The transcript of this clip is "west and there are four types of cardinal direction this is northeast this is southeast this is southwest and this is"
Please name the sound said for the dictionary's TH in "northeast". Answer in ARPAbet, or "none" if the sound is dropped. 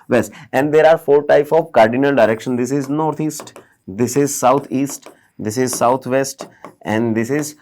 T